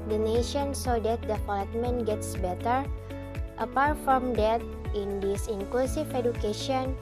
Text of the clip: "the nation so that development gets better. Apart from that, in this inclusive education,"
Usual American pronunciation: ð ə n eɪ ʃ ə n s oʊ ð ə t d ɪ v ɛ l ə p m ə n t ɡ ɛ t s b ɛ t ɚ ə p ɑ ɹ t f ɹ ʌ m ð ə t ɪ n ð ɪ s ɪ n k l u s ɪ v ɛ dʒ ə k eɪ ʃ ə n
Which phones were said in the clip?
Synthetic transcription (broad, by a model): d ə n eɪ ʃ ə n s oʊ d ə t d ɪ p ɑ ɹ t m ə n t ɡ ɛ t s b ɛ t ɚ ə p ɑ ɹ t f ɹ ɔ m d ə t ɪ n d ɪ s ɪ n k l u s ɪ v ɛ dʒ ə k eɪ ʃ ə n